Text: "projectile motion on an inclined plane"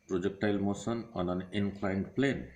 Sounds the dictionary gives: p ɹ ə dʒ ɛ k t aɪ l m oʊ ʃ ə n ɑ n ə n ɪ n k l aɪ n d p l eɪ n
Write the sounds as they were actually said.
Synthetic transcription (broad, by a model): p ɹ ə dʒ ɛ k t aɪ l m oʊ s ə n ɑ n ə n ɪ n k l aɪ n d p l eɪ n